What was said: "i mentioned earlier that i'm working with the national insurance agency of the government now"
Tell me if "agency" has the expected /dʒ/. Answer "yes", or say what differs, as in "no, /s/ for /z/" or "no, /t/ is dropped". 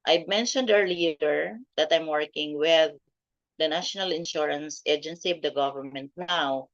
yes